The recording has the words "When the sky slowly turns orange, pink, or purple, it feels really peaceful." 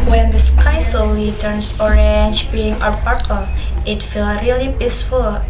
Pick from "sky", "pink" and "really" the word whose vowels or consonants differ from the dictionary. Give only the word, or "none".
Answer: pink